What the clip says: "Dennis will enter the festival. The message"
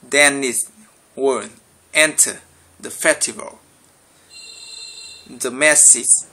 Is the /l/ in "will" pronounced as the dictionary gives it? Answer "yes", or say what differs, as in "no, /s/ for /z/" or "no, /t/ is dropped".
no, /n/ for /l/